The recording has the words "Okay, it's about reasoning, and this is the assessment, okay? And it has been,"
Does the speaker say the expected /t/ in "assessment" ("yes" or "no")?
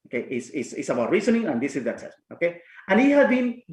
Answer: no